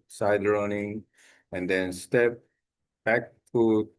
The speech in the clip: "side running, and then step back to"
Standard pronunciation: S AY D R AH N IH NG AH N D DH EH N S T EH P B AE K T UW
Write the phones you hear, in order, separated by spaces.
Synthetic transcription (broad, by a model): S AY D R AH N IH NG AH N D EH N S T EH P B AE K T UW